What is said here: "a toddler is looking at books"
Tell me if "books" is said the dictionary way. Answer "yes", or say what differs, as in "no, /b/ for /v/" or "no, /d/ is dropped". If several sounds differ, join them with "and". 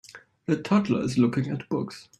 yes